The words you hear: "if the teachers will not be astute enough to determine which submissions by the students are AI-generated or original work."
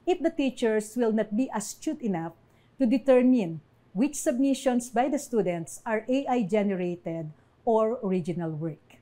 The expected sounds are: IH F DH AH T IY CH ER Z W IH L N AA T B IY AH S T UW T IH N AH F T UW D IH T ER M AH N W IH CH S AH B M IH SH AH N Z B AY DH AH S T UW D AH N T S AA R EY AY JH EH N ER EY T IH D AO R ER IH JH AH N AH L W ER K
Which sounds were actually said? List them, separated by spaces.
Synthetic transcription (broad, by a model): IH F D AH T IY CH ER S W IH L N AA T B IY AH S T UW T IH N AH F T UW D IH T ER M AH N W IH CH S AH B M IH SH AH N S B AY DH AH S T UW D AH N T S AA R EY AY JH EH N ER EY T IH D AO R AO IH JH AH N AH L W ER K